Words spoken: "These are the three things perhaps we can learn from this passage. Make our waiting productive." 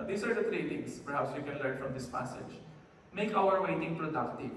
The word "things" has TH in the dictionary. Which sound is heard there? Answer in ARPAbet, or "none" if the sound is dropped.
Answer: T